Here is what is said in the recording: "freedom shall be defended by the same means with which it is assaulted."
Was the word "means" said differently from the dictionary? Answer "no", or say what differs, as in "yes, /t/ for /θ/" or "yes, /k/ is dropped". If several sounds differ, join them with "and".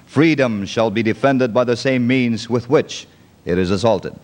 no